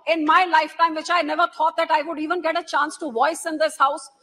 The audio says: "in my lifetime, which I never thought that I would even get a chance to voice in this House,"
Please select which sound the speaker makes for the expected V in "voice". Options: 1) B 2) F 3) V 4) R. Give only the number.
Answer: 3